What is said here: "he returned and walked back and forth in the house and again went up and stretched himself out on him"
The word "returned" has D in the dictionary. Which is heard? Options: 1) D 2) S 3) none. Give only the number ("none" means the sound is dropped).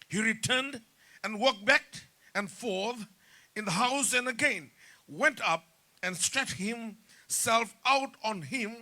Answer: 1